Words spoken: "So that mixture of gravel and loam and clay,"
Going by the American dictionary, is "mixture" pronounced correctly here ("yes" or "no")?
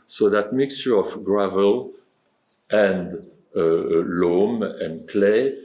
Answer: yes